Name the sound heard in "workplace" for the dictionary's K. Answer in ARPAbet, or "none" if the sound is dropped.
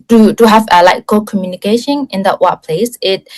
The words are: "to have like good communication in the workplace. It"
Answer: none